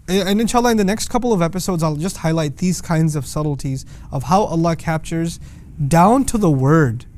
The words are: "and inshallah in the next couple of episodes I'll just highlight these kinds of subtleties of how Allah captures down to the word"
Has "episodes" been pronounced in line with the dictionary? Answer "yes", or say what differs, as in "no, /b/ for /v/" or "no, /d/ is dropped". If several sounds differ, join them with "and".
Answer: yes